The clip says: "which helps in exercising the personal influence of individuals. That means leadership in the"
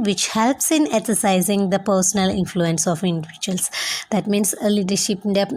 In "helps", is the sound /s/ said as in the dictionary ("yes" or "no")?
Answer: yes